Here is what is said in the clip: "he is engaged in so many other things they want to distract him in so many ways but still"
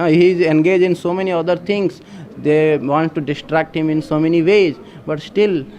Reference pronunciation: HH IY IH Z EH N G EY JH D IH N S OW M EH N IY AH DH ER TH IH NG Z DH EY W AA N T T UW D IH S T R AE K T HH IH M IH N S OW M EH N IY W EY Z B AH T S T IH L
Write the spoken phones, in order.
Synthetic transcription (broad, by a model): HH IY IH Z EH N G EY JH D IH N S OW M EH N IY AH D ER T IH NG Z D EY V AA N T T UW D IH S T R AE K T HH IH M IH N S OW M EH N IY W EY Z B AH T S T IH L